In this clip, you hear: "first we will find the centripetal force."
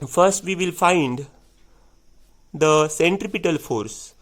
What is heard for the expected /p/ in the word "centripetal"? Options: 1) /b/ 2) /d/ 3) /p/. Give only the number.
3